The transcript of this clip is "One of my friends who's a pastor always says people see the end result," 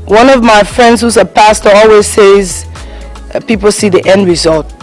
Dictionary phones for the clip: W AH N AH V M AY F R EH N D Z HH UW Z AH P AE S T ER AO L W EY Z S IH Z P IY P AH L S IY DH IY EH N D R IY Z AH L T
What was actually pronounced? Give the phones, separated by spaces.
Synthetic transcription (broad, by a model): W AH N AH V M AY F R EH N D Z HH UW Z AH P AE S T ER AO L W EY Z S IH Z P IY P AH L S IY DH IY EH N D R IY Z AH L T